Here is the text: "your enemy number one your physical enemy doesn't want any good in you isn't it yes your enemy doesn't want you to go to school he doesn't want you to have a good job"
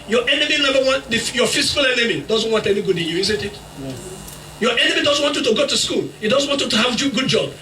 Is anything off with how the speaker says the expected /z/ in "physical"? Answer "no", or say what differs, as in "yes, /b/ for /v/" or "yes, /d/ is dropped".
yes, /s/ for /z/